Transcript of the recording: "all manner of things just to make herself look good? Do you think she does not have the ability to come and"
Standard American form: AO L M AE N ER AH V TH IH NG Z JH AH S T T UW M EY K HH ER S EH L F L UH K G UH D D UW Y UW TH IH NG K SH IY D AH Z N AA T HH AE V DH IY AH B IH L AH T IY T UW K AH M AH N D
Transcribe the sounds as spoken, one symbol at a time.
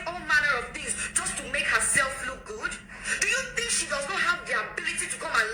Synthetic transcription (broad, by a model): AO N M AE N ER AH V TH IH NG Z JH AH S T T UW M EY K HH ER S EH L F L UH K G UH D D UW Y UW TH IH NG K SH IY D AH Z N AA T HH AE V DH IY AH B IH L AH T IY T UW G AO AH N